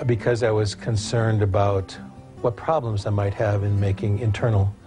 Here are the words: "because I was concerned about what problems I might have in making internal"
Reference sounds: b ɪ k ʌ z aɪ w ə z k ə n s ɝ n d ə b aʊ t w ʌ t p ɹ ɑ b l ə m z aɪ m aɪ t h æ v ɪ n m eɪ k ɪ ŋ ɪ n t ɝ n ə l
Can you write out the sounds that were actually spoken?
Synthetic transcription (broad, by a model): b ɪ k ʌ z aɪ w ə z k ə n s ɝ n d ə b aʊ t w ʌ t p ɹ ɑ b l ə m z aɪ m aɪ t h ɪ v ɪ n m eɪ k ɪ ŋ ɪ n t ɝ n l